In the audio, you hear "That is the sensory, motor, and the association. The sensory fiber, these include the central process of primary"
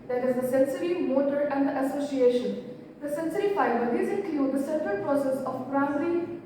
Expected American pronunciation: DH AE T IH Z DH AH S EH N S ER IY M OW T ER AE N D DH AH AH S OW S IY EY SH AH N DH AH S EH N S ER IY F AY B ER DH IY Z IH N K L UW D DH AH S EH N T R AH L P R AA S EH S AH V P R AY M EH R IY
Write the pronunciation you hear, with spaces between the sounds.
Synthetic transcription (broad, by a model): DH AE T IH Z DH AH S EH N S ER IY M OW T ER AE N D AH AH S OW S IY EY SH AH N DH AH S EH N S ER IY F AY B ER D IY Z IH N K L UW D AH S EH T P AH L P R AA S EH S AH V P R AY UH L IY